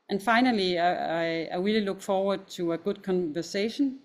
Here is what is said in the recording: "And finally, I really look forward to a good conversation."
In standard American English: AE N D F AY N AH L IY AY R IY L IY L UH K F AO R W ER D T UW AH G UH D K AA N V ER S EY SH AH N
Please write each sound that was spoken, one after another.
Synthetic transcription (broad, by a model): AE N F AY N AH L IY AY W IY L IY L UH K F AO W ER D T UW AH G UH D K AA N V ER S EY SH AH N